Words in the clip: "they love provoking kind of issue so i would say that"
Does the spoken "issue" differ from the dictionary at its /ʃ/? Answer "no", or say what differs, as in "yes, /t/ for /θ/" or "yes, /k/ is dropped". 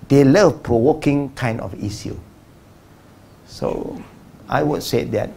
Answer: yes, /s/ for /ʃ/